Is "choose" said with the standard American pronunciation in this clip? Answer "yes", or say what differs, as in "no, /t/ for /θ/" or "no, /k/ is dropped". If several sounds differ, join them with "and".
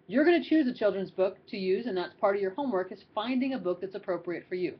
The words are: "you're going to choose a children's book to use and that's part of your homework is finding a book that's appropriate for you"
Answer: yes